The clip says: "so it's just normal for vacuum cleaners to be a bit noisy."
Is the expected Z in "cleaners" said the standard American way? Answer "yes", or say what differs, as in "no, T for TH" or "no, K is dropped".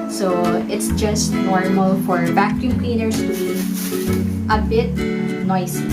no, S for Z